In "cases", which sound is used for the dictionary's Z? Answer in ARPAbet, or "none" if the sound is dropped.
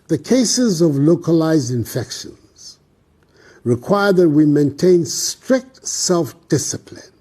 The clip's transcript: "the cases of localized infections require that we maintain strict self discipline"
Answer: Z